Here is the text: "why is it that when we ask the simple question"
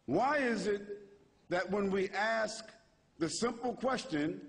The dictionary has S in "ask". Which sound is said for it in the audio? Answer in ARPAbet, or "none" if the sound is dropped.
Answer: S